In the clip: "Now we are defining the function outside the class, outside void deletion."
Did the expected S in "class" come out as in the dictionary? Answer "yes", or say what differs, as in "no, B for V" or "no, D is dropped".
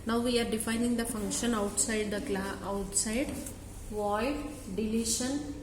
no, S is dropped